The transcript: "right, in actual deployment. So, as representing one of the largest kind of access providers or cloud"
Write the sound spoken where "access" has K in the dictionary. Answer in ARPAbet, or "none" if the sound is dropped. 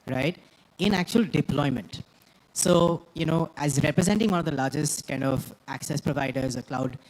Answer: K